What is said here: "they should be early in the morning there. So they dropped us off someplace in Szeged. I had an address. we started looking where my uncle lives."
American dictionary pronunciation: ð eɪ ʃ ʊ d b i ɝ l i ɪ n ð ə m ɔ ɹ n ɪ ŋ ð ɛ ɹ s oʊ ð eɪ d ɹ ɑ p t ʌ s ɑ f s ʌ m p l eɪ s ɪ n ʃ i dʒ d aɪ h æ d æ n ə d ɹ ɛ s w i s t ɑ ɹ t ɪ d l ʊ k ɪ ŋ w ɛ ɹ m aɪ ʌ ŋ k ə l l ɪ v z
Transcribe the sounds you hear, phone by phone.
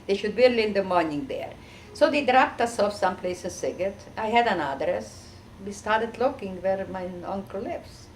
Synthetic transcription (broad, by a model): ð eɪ ʃ ʊ d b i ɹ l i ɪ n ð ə m ɔ ɹ n ɪ ŋ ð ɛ ɹ s oʊ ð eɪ d ɹ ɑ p t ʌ s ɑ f s ʌ m p l eɪ s ɪ n s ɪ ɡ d aɪ h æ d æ n ə d ɹ ɛ s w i s t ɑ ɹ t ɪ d l ʊ k ɪ ŋ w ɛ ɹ m aɪ ʌ ŋ k ə l l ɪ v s